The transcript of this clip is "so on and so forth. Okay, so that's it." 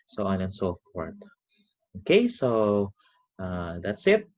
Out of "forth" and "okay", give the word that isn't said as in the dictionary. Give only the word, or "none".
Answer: forth